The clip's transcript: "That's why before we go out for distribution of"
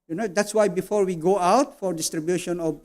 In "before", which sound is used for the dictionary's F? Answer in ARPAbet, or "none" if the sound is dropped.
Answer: F